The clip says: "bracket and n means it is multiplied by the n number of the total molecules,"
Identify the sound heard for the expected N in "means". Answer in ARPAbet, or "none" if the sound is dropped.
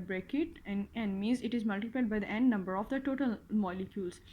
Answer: none